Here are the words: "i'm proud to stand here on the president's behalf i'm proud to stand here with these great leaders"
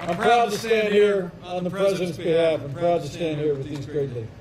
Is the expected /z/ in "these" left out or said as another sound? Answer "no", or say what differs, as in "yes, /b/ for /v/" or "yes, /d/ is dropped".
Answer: no